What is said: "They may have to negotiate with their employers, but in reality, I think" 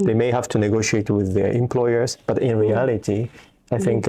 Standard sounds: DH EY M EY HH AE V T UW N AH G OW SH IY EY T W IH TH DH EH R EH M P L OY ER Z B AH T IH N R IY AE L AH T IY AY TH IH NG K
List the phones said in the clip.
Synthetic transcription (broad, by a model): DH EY M EY HH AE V T UW N AH G OW SH IY EY T W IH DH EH R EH M P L OY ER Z B AH T IH N R IY AE L AH T IY AY TH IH NG K